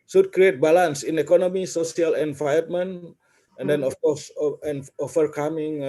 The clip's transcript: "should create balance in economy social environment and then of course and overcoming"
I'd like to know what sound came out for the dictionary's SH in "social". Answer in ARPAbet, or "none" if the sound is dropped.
S